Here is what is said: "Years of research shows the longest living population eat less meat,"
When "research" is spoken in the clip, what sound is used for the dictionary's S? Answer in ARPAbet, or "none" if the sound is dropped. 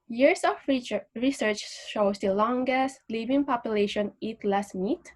S